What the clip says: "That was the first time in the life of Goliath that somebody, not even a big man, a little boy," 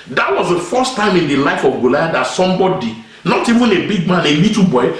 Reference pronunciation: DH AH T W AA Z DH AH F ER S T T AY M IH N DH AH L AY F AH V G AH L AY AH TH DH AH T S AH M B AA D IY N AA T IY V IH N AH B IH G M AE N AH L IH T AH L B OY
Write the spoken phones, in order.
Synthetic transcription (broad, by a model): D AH T W AA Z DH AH F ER S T T AY M IH N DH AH L AY F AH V G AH L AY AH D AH T S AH M B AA D IY N AA T IY V IH N AH B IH G M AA N AH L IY T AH B OY